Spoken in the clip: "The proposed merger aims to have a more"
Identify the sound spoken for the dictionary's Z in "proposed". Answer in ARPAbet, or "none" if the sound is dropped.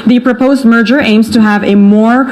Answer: Z